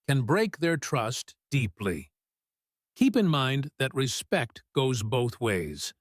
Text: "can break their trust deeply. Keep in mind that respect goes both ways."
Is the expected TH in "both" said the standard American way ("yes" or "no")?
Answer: yes